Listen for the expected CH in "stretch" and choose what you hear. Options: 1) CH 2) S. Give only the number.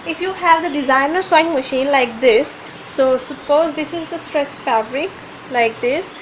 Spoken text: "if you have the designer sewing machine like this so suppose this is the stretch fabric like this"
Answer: 2